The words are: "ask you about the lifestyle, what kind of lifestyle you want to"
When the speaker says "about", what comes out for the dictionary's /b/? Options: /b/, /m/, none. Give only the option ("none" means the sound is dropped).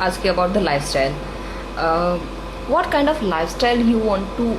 /b/